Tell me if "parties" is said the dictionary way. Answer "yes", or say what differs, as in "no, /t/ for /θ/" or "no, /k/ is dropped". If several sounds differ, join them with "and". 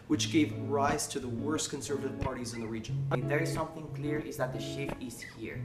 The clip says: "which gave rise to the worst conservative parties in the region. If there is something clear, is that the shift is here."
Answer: yes